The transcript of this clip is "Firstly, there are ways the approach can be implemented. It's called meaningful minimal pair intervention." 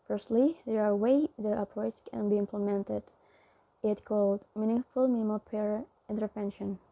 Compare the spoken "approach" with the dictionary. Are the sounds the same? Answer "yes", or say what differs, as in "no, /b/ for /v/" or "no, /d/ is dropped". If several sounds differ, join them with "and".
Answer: no, /s/ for /tʃ/